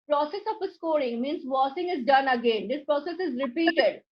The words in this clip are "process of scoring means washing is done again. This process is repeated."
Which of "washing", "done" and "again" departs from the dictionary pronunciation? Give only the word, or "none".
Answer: washing